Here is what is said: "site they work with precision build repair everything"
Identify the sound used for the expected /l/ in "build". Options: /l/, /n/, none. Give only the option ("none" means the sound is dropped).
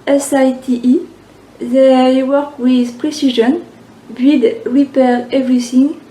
none